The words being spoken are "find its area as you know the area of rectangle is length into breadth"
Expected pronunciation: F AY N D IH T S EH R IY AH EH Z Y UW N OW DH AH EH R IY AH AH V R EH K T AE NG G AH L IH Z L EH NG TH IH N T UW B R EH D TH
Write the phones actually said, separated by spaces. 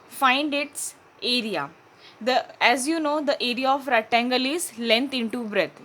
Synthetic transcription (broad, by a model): F AY N D IH T S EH R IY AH EH Z Y UW N OW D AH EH R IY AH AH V R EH T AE NG G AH L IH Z L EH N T IH N T UW B R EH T